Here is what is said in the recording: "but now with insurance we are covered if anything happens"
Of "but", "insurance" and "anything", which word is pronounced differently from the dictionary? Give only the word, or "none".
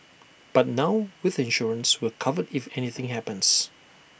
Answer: none